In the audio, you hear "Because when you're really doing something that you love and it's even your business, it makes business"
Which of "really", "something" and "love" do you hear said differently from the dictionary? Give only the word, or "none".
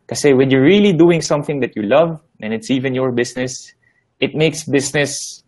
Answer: none